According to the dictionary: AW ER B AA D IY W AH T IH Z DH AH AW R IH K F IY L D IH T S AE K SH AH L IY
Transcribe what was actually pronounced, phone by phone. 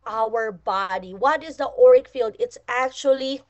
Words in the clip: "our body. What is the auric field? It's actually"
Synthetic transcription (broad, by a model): AW ER B AA D IY W AH T IH Z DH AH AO R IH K F IY L D IH T S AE K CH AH L IY